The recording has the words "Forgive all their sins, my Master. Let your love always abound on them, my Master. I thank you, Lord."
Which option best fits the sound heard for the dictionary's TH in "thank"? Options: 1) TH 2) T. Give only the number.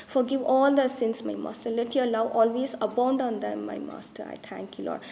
2